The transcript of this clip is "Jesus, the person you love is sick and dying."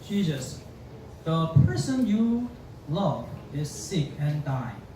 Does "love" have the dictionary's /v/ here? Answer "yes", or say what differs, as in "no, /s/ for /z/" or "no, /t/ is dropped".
yes